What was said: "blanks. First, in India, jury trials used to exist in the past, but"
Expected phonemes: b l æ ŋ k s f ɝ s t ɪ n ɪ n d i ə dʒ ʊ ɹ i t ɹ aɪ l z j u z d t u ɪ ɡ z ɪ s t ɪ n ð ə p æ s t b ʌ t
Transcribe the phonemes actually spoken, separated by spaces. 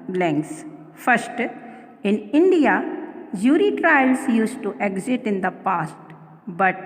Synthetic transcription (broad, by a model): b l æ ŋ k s f ɝ s t ɪ n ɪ n d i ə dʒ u ɹ i t ɹ aɪ l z j u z t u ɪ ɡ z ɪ t ɪ n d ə p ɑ s t b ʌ t